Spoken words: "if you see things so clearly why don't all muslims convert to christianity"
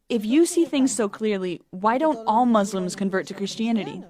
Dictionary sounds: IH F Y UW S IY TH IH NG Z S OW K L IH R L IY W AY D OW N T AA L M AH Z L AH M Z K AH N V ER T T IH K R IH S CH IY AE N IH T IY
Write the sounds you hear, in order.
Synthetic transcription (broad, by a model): IH F Y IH S IY TH IH NG Z S OW K L IH R L IY W AY D OW N T AA L M AH Z L AH M Z K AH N V ER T T IH K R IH S CH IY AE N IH T IY